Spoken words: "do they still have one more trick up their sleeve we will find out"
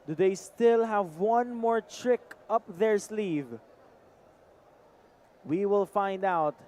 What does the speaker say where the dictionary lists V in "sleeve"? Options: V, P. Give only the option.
V